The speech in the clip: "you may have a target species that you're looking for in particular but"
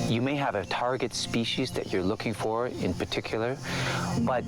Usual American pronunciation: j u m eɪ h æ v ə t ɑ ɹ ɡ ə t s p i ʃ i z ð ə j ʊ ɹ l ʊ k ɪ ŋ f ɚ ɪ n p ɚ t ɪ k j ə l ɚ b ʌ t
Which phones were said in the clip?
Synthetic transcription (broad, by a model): j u m eɪ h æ v ə t ɑ ɹ ɡ ə t s p i ʃ i z ð ə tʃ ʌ ɹ l ʊ k ɪ ŋ f ɚ ɪ n p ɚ t ɪ k j l ɚ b ʌ t